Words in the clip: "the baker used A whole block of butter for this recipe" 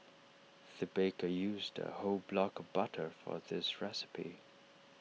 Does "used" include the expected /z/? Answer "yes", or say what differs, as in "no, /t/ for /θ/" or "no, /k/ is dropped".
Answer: yes